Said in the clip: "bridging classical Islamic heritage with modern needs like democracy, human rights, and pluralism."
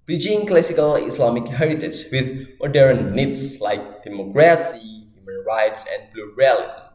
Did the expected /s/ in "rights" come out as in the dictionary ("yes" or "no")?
yes